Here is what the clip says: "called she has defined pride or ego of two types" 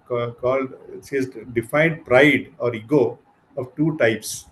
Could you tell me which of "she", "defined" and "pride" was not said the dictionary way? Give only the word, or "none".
she